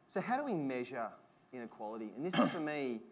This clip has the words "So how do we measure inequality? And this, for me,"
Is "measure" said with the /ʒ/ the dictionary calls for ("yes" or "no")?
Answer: yes